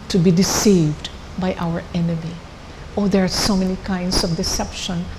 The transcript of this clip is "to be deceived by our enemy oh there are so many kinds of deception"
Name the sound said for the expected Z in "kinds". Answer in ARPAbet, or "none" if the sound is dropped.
S